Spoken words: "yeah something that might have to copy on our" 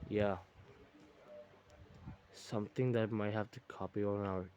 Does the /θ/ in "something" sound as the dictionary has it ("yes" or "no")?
no